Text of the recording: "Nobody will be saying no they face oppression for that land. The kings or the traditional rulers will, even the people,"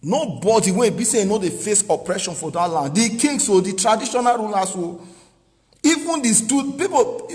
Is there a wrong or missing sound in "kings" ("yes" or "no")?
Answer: yes